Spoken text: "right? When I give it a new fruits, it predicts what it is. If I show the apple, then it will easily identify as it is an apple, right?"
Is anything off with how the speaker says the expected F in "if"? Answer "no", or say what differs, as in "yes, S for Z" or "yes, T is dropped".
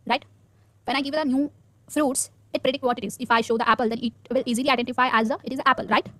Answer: no